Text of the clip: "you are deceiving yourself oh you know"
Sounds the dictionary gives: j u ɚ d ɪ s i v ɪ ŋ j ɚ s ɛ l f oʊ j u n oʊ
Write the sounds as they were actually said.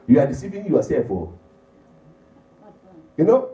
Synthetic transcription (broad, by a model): j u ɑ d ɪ s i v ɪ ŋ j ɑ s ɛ f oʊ j u n oʊ